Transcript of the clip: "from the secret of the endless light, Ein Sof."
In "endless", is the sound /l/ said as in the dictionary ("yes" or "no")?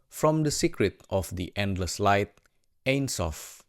yes